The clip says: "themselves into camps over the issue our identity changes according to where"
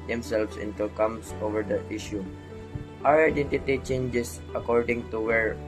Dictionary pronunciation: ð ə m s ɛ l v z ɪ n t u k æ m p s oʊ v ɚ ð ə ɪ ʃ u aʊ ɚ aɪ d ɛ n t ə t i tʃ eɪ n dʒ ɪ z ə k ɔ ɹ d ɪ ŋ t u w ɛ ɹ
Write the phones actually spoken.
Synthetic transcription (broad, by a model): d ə m s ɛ l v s ɪ n t u k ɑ m s oʊ v ɚ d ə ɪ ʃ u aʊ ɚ aɪ d ɛ n t ə t i tʃ eɪ n dʒ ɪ s ə k ɔ ɹ d ɪ ŋ t u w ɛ ɹ